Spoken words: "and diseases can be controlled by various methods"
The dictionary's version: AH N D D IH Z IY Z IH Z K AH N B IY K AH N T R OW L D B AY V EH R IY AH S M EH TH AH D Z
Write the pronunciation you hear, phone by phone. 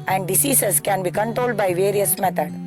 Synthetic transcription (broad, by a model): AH N D D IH S IY S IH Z K AH N B IY K AH N T R OW L D B AY V EH R IY AH S M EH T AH D